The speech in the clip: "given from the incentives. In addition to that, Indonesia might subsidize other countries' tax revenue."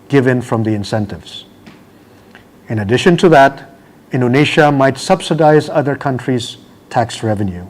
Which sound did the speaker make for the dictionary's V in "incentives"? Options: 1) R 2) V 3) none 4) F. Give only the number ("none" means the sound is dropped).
2